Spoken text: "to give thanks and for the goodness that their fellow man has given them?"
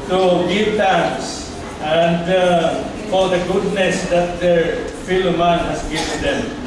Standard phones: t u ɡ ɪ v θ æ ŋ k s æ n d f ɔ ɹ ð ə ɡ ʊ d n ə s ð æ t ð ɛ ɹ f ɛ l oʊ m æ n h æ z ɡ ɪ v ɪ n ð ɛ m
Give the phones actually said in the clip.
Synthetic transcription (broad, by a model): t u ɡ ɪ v t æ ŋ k s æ n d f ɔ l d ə ɡ ʊ d n ə s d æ t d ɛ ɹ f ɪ l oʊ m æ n h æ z ɡ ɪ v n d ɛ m